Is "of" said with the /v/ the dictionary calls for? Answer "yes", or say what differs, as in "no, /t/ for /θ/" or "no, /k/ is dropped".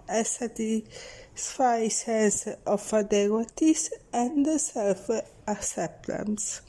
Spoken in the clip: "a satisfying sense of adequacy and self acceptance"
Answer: no, /f/ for /v/